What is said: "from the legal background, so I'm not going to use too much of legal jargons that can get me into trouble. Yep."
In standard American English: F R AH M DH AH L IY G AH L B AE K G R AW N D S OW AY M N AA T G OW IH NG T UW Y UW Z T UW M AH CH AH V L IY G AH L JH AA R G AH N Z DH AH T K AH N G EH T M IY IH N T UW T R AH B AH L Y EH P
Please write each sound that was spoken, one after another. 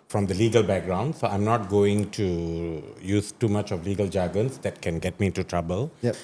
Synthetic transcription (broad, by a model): F R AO M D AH L IY G AH L B AE K G R AW N D S OW AY M N AA T G OW IH NG T UW Y UW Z T UW M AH CH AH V L IY G AH L JH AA G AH N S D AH T K AH N G EH T M IY IH N T UW T R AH B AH L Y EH